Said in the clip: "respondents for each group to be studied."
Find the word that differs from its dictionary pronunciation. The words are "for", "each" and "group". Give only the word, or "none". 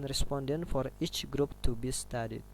none